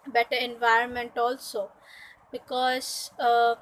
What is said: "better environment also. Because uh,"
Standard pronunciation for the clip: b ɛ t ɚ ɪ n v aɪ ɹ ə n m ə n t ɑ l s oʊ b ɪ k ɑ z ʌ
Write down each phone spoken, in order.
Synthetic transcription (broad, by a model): b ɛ t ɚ ɪ n v aɪ ɹ ə n m ə n t ɑ l s oʊ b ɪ k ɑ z